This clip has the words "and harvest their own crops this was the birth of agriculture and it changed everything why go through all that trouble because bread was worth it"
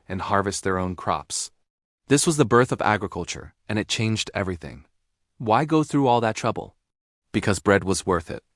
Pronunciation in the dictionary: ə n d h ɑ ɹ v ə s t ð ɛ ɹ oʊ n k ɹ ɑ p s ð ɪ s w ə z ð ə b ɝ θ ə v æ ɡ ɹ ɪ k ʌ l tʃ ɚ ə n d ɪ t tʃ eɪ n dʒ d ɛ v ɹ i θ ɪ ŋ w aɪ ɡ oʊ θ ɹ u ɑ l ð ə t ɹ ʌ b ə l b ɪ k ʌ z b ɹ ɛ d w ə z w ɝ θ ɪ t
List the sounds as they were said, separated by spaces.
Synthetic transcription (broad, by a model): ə n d h ɑ ɹ v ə s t ð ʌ ɹ oʊ n k ɹ ɑ p s ð ɪ s w ə z ð ə b ɝ θ ə v æ ɡ ɹ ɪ k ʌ l tʃ ɚ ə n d ɪ t tʃ eɪ n dʒ d ɛ v ɹ i θ ɪ ŋ w aɪ ɡ oʊ θ ɹ u ɑ l ð ə t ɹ ʌ b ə l b ɪ k ʌ z b ɹ ɛ d w ə z w ɝ θ ɪ t